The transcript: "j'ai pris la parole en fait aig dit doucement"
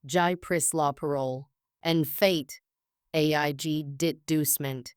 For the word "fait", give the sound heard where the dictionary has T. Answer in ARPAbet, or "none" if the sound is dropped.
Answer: T